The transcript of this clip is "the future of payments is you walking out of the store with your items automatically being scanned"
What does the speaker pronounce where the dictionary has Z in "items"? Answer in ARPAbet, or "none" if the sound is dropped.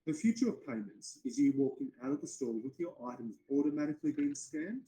Z